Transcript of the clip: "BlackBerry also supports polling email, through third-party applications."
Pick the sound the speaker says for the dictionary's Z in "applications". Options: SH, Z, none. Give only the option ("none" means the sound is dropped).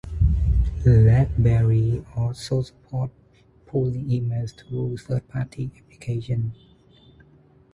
none